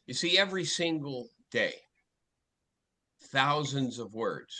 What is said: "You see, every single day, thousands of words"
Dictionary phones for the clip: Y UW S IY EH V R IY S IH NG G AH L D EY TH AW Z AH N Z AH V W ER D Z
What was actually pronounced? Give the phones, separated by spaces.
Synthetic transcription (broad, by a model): Y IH S IY EH V R IY S IH NG G L D EY TH AW Z AH N Z AH V W ER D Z